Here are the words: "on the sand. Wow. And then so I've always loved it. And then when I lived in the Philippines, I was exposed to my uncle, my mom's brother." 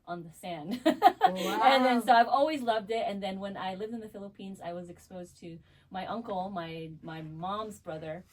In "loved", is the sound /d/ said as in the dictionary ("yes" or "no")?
yes